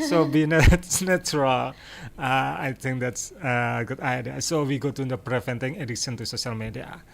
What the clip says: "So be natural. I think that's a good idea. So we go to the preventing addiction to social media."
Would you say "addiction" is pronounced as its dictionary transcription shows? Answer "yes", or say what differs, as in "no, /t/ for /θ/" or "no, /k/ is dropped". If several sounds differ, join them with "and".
no, /k/ is dropped